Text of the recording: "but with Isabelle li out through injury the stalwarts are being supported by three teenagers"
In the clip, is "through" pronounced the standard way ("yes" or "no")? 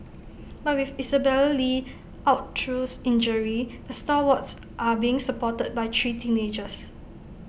no